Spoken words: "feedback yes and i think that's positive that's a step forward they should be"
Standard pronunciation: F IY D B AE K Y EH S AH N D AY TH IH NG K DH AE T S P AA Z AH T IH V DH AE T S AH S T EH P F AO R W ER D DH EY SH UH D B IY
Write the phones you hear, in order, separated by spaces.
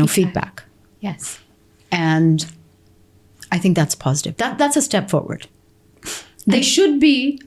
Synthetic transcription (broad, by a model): F IY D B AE K Y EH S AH N AY TH IH NG K DH AE T S P AA Z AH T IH V DH AE T S AH S T EH P F AO R W ER D DH EY SH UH D B IY